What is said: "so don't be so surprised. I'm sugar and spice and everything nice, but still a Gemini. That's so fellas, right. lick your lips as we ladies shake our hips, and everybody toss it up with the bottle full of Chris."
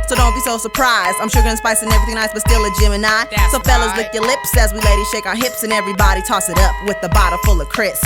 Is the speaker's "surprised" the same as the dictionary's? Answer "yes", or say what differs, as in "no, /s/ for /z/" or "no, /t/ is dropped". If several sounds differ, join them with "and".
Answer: yes